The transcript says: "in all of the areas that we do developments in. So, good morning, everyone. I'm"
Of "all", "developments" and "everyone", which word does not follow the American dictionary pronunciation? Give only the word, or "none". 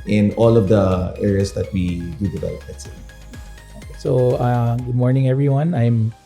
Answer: developments